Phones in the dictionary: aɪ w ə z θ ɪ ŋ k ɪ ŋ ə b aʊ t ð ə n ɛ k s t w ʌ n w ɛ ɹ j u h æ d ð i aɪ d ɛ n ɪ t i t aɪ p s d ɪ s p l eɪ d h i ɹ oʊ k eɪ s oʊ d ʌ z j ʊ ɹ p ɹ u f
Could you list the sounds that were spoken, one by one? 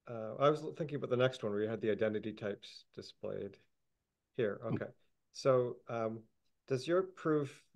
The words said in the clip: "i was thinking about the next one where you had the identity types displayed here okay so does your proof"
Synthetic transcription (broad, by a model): aɪ w ə z θ ɪ ŋ k ɪ ŋ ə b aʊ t ð ə n ɛ k s t w ʌ n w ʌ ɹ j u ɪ d ð i aɪ d ɛ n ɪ t i t aɪ p s d ɪ s p l eɪ d h i ɹ oʊ k eɪ s oʊ d ʌ z j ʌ ɹ p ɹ u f